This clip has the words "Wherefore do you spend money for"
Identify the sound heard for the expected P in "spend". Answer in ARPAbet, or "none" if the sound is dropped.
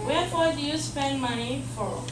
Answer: P